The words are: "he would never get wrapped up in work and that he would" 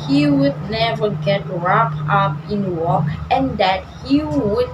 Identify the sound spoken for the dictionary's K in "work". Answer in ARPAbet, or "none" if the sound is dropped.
none